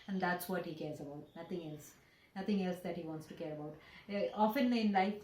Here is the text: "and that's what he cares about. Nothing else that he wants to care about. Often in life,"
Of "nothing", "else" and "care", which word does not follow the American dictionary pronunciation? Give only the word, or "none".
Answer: nothing